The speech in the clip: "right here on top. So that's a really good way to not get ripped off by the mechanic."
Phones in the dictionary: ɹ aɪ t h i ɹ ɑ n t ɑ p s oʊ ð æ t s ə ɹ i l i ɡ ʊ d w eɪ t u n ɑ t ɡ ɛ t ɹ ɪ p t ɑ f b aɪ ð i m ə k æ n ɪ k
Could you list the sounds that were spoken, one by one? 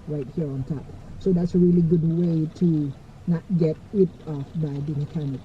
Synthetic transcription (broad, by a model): ɹ aɪ t h i ɹ ɑ n t ɑ p s oʊ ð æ t s ə ɹ i l i ɡ ʊ d w eɪ t u n ɑ t ɡ ɛ t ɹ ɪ t ɑ f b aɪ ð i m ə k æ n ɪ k